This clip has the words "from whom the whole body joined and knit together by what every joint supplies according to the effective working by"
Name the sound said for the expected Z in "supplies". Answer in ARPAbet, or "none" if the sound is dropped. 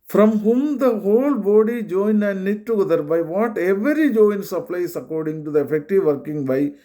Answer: S